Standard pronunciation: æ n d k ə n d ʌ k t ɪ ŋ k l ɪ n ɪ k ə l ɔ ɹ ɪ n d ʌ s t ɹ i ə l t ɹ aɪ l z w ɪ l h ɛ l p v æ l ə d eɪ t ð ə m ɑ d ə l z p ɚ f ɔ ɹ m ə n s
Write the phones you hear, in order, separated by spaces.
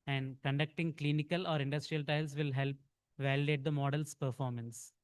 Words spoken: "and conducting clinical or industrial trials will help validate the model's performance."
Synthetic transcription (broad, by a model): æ n d k ə n d ʌ k t ɪ ŋ k l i n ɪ k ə l ɔ ɹ ɪ n d ʌ s t ɹ i ə l t aɪ l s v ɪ l h ɛ l p v æ l ə d eɪ t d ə m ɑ d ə l s p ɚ f ɔ ɹ m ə n s